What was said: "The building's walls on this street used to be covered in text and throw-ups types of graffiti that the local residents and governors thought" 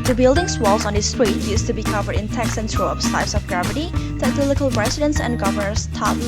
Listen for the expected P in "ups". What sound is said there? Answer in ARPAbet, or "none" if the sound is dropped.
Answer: F